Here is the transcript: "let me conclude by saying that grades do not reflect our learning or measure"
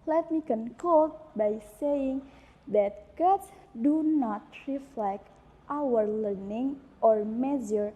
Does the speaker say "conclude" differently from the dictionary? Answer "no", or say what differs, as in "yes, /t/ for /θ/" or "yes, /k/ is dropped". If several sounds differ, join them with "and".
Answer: yes, /l/ is dropped